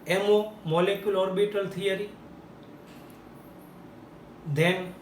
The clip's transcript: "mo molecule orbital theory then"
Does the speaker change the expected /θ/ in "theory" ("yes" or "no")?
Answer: yes